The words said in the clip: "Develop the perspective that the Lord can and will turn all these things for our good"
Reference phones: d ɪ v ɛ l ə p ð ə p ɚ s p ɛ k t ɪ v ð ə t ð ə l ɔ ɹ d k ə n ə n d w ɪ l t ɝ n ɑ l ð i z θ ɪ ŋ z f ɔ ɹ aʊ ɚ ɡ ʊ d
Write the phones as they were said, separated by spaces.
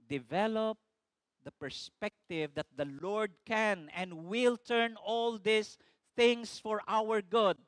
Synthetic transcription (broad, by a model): d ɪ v ɛ l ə p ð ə p ɚ s p ɛ k t ɪ v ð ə t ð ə l ɔ ɹ d k ə n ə n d w ɪ l t ɝ n ɑ l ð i s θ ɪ ŋ s f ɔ ɹ aʊ ɚ ɡ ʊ d